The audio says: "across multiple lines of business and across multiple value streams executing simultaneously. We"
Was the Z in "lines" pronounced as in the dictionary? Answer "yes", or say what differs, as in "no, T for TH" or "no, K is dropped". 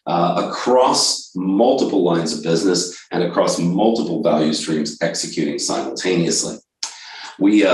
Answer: yes